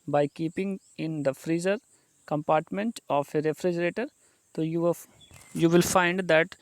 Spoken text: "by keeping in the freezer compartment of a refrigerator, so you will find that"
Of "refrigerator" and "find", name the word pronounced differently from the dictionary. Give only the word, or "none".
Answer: none